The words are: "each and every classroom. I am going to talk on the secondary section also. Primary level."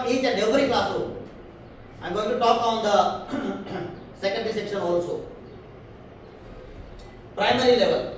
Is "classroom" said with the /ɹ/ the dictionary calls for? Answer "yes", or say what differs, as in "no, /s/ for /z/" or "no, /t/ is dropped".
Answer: no, /ɹ/ is dropped